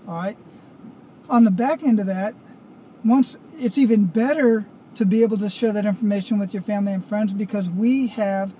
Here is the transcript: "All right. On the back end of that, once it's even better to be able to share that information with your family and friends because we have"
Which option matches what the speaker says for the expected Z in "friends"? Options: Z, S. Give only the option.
Z